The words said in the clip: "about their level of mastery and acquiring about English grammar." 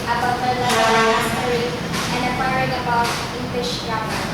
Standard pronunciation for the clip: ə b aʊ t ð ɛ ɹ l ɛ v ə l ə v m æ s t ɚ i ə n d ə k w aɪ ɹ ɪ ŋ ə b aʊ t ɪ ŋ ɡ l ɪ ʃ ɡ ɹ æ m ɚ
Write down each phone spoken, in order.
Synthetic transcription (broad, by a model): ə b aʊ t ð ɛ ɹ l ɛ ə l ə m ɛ t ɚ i ə n d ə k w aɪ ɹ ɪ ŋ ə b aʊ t ɪ ŋ ɡ l ɪ ʃ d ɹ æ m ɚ